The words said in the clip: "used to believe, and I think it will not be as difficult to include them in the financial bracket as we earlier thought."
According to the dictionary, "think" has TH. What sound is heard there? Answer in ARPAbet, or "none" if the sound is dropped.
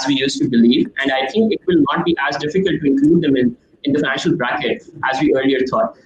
T